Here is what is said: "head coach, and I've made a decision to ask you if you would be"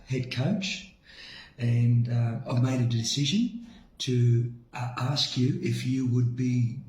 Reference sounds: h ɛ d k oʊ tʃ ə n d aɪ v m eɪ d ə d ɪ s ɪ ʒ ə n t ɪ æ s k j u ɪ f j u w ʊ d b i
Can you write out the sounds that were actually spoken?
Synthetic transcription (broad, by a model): h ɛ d k oʊ tʃ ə n aɪ v m eɪ d ə d ɪ s ɪ ʒ ə n t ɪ æ s k j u ɪ f j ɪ w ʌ d b i